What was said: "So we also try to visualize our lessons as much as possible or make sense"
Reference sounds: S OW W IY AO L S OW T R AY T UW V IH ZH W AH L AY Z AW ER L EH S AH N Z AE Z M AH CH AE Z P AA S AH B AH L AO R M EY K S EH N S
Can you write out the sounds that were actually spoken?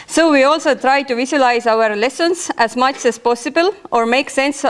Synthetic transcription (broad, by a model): S OW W IY AO L S OW T R AY T UW V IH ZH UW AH L AY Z AW ER L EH S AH N S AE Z M AH CH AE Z P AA S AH B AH L AO R M EY K S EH N S